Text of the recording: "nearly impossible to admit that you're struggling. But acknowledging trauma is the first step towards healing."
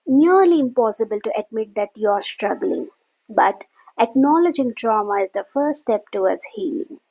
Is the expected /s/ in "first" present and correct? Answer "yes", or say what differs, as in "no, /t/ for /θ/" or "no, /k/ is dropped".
no, /s/ is dropped